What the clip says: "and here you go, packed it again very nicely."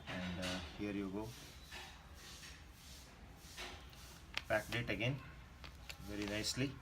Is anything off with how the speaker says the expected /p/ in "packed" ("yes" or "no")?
yes